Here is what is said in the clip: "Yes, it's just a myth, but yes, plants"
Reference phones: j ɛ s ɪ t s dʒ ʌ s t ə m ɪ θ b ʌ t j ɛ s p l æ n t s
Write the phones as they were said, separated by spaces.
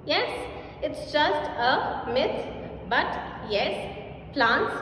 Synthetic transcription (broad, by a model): j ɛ s ɪ t s dʒ ʌ s t ə m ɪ s b ʌ t j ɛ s p l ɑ n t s